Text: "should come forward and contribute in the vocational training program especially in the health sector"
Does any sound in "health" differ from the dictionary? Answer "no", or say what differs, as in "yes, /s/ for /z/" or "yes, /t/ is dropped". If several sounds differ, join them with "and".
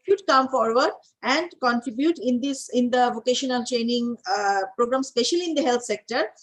yes, /t/ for /θ/